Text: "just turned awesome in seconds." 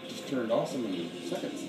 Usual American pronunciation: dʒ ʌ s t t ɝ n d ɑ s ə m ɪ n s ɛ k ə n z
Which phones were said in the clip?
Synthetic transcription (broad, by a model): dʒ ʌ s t t ɝ n d ɑ s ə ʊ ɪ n s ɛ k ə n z